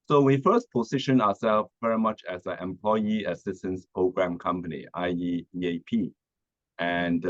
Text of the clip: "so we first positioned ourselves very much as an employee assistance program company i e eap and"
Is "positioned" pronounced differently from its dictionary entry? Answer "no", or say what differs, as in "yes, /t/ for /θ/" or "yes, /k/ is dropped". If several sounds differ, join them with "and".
yes, /d/ is dropped